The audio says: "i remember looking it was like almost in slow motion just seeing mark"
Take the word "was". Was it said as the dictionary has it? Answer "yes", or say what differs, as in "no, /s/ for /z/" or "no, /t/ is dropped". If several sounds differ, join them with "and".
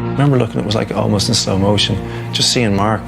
yes